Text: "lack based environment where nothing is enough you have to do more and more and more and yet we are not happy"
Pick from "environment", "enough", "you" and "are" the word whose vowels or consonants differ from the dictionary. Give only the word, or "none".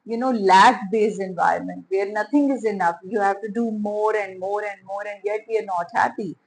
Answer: none